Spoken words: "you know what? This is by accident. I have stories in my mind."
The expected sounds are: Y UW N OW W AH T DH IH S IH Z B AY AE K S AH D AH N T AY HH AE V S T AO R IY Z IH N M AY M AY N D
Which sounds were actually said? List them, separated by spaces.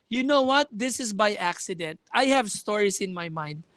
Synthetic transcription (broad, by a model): Y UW N OW W AH T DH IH S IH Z B AY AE K S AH D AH N T AY HH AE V S T AO R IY S IH N M AY M AY N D